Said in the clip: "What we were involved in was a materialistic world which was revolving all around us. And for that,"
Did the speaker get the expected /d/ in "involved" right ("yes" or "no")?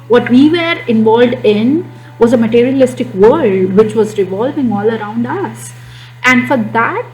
yes